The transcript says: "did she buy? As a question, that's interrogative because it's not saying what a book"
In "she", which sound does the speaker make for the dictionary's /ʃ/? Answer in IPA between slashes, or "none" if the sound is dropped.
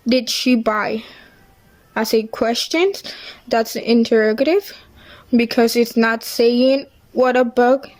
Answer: /ʃ/